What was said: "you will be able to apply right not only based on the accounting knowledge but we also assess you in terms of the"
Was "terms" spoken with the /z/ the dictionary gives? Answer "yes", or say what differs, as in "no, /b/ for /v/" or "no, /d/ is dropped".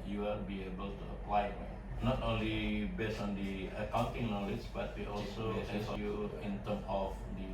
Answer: no, /z/ is dropped